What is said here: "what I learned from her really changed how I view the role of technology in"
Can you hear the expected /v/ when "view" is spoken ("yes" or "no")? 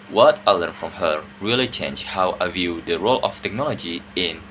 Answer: yes